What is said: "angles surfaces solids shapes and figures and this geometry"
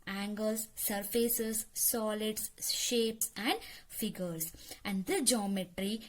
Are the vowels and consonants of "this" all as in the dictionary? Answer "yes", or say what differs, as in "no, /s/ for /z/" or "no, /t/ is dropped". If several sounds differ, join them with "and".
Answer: no, /s/ is dropped